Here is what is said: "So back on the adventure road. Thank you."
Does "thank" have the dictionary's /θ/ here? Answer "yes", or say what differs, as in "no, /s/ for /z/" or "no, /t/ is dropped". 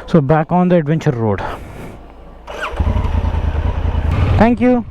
no, /t/ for /θ/